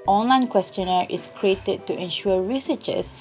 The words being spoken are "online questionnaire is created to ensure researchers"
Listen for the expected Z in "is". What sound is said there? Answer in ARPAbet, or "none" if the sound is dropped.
S